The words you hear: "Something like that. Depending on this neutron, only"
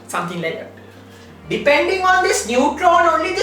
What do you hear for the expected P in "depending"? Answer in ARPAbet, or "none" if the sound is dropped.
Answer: P